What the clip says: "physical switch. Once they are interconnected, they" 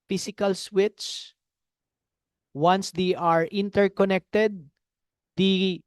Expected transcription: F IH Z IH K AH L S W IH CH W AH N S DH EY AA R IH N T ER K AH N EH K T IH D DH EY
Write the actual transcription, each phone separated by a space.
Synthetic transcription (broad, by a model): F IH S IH K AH L S W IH S W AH N S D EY AA R IH N T ER K AH N EH K T IH D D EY